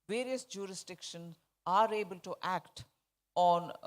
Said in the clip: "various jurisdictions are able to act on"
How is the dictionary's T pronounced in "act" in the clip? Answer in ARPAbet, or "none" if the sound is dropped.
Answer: T